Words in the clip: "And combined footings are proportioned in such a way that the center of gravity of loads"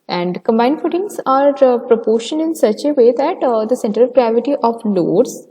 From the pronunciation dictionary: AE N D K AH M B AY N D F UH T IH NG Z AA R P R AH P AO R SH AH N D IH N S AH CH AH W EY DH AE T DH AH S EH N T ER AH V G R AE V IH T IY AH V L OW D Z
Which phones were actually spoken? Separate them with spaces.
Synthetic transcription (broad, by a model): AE N D K AH M B AY N D F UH T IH NG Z AA R P R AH P AO R SH AH N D IH N S AH CH AH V EY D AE T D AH S EH N T ER AH V G R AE V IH T IY AH V L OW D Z